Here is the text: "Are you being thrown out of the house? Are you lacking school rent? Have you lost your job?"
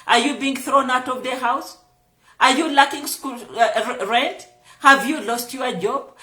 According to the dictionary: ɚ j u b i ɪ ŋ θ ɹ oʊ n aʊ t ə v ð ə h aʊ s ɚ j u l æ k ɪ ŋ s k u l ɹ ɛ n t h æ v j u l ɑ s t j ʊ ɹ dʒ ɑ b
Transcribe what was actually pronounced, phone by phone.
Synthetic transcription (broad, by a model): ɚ j u b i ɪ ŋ θ ɹ oʊ n aʊ t ə v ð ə h aʊ s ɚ j u l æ k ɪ ŋ s k u l ɹ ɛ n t h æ v j u l ɑ s t j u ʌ dʒ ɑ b